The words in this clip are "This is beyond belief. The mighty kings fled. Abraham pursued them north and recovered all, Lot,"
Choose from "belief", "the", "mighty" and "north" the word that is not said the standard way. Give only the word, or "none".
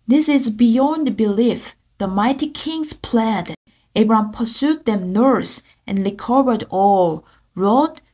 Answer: north